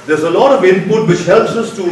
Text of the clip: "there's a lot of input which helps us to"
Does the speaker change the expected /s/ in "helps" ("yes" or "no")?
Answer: no